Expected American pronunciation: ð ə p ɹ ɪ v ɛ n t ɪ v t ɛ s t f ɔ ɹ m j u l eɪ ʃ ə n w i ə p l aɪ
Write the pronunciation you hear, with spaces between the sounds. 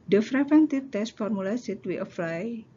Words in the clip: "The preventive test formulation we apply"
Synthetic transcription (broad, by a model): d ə f ɹ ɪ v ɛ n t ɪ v t ɛ s t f ɔ ɹ m u l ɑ s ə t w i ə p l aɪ